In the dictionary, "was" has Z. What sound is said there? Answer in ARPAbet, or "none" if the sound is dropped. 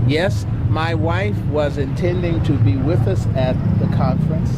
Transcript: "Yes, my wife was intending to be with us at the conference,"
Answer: Z